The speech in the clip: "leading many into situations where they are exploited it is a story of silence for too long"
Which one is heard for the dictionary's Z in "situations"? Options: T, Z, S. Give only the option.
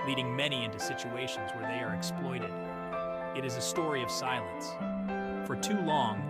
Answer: Z